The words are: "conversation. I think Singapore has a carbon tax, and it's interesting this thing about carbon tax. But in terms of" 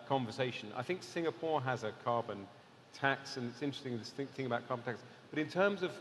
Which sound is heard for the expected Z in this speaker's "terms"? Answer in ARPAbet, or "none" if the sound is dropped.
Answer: Z